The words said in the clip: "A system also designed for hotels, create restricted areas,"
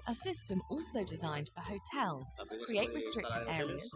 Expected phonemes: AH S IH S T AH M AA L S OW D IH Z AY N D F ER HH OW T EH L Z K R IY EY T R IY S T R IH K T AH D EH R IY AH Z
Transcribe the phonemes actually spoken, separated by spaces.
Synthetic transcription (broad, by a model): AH S IH S T AH M AA L S OW D IH Z AY N D F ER HH OW T EH L Z K R IY EY T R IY S T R IH K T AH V EH R IY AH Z